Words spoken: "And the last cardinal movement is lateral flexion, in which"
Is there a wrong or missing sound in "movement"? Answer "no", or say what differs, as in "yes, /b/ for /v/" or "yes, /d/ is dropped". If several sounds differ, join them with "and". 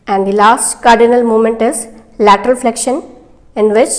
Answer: yes, /v/ is dropped